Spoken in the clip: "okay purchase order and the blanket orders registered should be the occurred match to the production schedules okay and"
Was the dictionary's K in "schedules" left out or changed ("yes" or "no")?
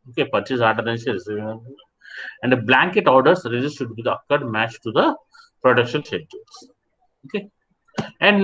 yes